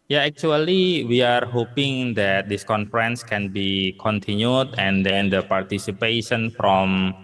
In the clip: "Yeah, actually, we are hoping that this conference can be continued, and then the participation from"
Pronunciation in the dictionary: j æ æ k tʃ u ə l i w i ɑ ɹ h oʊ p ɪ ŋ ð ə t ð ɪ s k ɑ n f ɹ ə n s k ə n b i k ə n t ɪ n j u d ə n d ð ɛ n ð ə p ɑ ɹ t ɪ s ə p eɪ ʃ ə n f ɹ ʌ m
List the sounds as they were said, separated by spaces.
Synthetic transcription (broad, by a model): j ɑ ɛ k tʃ u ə l i w i ɑ ɹ h oʊ p ɪ ŋ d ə t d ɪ s k ɑ n f ɹ ə n s k ə n b i k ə n t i n j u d ə n d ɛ n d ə p ɑ ɹ t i s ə p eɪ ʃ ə n f ɹ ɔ m